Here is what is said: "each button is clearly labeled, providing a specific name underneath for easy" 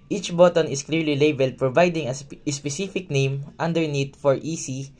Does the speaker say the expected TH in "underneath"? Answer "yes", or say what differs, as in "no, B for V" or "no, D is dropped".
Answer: no, T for TH